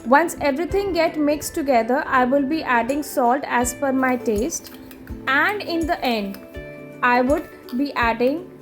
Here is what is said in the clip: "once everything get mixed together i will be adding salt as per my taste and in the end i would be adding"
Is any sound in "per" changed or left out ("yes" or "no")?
yes